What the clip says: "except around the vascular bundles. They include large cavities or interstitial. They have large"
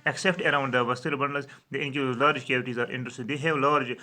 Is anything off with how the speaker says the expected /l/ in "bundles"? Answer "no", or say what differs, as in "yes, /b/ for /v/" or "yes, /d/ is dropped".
yes, /l/ is dropped